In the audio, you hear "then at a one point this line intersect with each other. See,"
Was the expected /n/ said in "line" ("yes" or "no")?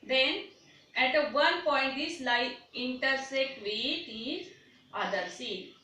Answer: no